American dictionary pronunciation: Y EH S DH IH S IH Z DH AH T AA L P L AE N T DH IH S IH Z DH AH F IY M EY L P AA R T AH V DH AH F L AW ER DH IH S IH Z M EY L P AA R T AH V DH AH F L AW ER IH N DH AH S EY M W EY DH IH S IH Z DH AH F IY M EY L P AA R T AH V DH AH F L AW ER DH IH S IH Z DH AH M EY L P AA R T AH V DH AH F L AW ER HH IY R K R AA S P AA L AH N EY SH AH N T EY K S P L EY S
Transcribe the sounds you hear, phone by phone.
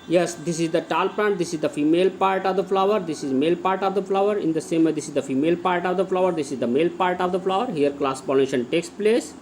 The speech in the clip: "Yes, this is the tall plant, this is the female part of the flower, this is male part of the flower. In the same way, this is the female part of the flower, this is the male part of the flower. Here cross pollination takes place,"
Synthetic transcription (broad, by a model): Y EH S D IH S IH Z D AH T AA L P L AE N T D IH S IH Z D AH F IY M EY L P AA R T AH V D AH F L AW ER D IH S IH Z M EY L P AA R T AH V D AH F L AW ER IH N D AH S EY M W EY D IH S IH Z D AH F IY M EY L P AA R T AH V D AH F L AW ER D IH S IH Z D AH M EY L P AA R T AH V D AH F L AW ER HH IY R K L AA S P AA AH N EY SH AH N T EY K S P L EY S